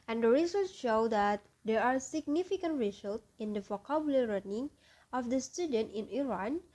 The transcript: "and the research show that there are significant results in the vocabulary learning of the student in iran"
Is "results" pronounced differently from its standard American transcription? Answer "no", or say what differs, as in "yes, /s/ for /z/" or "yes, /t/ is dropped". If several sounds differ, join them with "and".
yes, /s/ is dropped